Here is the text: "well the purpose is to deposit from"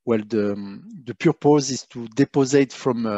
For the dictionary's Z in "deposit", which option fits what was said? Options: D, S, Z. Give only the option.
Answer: Z